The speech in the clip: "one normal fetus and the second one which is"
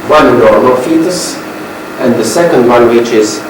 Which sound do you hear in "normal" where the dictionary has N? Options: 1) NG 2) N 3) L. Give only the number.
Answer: 3